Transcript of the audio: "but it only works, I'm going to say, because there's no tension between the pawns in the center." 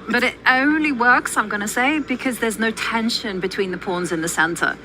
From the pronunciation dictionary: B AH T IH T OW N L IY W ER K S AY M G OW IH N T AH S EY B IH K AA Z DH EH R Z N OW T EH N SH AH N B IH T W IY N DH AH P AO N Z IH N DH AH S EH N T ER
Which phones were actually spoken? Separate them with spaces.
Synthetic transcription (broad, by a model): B AH T IH T OW N L IY W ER K S AY M G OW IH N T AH S EY B IH K AA Z DH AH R Z N OW T EH N SH AH N B IH T W IY N DH AH P AO N Z IH N DH AH S EH N T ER